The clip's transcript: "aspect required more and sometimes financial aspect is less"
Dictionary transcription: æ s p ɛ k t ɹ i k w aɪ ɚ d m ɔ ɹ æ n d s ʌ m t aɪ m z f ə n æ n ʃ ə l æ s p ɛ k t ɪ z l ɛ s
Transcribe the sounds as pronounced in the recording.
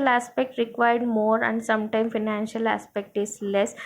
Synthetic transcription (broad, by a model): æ s p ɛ k t ɹ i k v aɪ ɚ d m ɔ ɹ æ n d s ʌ m t aɪ m f ə n æ n ʃ ə l æ s p ɛ k t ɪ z l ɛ s